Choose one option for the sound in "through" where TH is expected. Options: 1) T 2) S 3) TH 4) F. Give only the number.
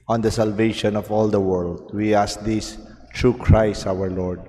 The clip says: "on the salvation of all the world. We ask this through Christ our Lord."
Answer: 1